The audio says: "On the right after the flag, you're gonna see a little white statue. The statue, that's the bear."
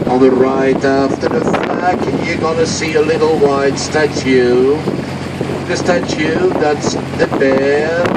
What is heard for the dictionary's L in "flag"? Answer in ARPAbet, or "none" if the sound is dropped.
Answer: none